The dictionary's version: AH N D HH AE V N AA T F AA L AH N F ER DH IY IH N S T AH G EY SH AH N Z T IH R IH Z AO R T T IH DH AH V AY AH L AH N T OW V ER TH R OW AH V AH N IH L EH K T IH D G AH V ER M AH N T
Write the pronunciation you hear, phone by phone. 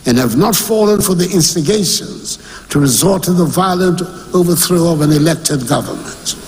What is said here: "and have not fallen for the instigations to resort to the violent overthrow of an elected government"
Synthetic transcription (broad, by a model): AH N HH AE V N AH T F AA L AH N F ER DH IY IH N S T AH G EY SH AH N Z T IH R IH Z AO R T T IH DH AH V AY AH L AH N T OW V ER TH R OW AH V AH N IH L EH K T IH D G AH V ER M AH N T